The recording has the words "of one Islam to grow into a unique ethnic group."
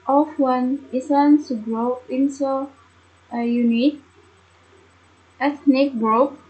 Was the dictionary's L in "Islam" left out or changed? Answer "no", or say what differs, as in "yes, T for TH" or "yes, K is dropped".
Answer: yes, L is dropped